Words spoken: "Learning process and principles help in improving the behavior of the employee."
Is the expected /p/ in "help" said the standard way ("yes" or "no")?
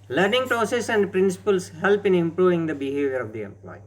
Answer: yes